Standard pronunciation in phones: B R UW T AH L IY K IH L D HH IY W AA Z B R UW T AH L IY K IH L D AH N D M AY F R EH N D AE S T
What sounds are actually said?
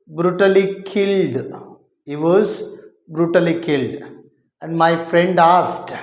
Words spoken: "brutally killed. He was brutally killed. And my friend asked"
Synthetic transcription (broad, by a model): B R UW T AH L IY K IH L D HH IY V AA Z B R UW T AH L IY K IH L D AH N D M AY F R EH N D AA S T